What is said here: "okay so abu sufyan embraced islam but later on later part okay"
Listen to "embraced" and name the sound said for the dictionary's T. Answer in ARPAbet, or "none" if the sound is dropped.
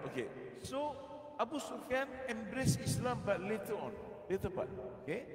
none